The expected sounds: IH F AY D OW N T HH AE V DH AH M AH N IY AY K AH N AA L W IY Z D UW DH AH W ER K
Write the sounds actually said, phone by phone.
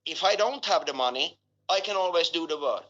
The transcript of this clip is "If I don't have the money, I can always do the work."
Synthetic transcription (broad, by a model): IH F AY D OW N T HH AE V DH AH M AH N IY AY K AH N AA L W IY Z D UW DH AH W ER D